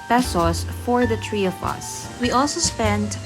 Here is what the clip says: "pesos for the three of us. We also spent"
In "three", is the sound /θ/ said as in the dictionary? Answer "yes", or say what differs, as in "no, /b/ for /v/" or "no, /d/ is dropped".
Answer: no, /t/ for /θ/